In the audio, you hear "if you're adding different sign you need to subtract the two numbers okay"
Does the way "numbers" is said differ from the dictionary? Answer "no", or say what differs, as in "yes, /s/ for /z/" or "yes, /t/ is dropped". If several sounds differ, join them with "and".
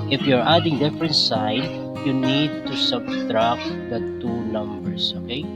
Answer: yes, /s/ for /z/